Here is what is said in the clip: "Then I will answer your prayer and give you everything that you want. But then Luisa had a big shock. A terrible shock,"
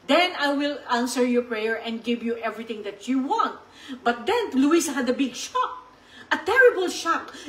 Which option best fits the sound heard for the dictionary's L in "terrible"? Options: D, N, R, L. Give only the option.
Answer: L